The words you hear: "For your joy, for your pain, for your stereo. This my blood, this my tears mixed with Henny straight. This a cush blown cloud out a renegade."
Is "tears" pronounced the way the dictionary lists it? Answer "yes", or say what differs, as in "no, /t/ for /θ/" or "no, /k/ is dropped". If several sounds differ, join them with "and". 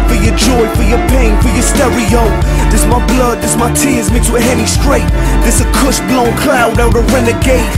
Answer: yes